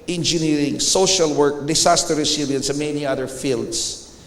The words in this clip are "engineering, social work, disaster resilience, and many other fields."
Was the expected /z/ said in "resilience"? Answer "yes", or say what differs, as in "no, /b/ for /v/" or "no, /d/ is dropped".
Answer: no, /s/ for /z/